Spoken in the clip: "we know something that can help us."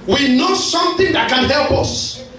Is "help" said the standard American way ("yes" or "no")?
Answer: yes